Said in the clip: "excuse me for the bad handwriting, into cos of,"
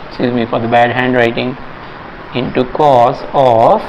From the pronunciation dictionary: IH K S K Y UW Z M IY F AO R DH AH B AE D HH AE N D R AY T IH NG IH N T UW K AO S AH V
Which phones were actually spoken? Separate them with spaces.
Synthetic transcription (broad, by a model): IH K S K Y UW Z M IY F AO R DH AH B AE D HH AE N D R AY T IH NG IH N T UW K AO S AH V